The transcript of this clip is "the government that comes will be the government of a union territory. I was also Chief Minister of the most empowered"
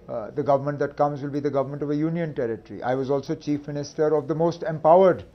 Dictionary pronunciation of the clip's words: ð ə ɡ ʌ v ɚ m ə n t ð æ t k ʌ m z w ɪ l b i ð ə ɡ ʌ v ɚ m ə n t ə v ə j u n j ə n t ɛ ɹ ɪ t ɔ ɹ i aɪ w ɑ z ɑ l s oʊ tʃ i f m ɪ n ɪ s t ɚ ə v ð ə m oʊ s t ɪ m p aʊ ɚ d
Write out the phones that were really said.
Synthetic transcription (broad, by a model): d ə ɡ ʌ v ɚ m ə n t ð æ t k ʌ m z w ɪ l b i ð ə ɡ ʌ v ɚ m ə n t ə v ə j u n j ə n t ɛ ɹ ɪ t ɹ i aɪ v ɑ z ɑ l s oʊ tʃ i f m ɪ n ɪ s t ɚ ə v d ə m oʊ s t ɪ m p aʊ ɚ d